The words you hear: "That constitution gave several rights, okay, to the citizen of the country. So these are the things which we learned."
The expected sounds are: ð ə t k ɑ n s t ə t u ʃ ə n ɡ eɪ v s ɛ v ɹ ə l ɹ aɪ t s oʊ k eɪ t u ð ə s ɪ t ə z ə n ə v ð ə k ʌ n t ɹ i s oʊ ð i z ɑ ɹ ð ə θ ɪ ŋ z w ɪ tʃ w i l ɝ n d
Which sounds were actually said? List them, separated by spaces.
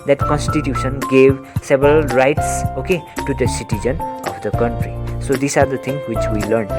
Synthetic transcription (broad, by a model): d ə t k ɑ n s t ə t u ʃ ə n ɡ eɪ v s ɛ b ɹ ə l ɹ aɪ t s oʊ k eɪ t u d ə s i t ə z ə n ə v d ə k ʌ n t ɹ i s oʊ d i s ɑ ɹ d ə t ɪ ŋ w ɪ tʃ w i l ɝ n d